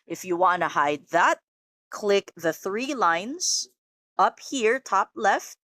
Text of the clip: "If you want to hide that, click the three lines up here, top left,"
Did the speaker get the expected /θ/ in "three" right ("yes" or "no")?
yes